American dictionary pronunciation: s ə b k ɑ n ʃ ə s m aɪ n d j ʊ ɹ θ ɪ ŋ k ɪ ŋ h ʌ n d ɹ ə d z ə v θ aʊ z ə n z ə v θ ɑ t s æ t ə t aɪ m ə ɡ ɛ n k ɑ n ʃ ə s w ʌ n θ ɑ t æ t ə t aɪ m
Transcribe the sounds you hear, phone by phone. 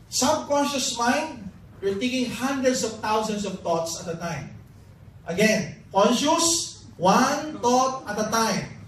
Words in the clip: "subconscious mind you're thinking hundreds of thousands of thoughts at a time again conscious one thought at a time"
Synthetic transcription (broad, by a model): s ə b k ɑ n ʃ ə s m aɪ n d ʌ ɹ t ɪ k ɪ ŋ h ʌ n d ɹ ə d s ə v t aʊ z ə n s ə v t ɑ t s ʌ t ə t aɪ m ə ɡ ɛ n k ɑ n ʃ ə s w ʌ n t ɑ t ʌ t ə t aɪ m